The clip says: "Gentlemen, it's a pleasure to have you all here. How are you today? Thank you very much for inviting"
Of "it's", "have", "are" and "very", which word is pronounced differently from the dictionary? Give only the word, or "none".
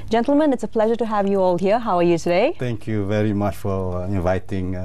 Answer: none